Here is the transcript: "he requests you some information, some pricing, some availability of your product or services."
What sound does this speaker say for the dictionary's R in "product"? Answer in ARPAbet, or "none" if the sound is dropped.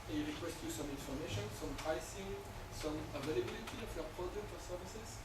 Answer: none